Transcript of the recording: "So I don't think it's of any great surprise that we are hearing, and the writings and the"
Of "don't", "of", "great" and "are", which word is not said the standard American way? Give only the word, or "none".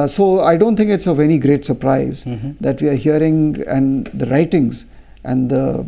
none